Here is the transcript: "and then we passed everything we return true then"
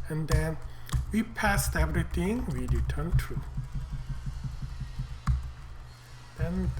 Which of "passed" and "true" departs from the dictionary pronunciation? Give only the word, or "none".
none